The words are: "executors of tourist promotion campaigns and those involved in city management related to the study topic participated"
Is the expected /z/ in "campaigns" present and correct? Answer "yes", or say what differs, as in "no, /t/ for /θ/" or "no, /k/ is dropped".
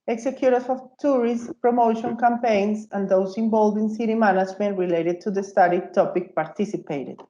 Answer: no, /s/ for /z/